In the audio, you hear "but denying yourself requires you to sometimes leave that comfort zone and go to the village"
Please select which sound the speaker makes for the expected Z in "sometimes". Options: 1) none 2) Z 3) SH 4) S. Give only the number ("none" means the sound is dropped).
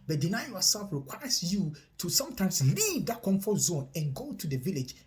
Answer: 4